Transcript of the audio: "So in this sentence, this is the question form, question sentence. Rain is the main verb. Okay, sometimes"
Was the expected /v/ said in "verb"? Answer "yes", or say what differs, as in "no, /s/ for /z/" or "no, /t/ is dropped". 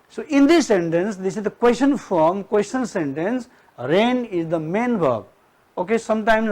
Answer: no, /b/ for /v/